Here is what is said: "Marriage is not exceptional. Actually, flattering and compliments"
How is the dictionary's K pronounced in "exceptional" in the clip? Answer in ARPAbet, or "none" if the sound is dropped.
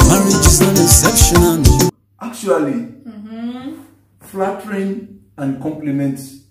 none